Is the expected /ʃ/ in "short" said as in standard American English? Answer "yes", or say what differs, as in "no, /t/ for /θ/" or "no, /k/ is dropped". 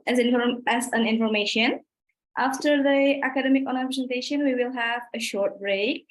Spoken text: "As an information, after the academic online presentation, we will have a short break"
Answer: yes